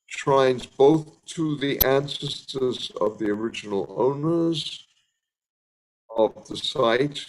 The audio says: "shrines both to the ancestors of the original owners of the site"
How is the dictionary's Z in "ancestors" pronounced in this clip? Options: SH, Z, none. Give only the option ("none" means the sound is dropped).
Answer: Z